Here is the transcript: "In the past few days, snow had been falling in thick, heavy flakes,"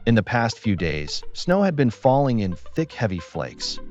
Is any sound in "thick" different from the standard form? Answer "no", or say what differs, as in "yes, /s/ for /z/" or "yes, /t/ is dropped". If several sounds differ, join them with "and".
no